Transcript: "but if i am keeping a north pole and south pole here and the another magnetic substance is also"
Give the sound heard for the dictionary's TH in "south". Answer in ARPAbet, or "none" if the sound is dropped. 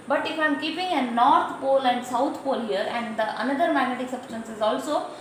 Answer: T